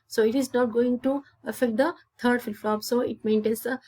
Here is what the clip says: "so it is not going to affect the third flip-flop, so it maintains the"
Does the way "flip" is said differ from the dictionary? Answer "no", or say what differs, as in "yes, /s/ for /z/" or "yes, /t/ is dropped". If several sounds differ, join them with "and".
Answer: yes, /l/ is dropped